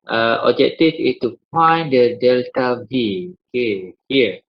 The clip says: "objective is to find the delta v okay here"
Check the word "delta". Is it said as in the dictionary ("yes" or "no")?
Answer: yes